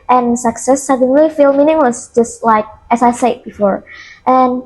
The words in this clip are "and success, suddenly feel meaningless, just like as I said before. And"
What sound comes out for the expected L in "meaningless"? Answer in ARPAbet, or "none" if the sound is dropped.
W